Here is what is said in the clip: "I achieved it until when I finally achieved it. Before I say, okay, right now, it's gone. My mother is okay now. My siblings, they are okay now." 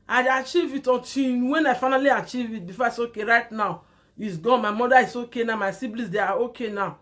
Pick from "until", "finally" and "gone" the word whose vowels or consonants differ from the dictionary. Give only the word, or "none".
until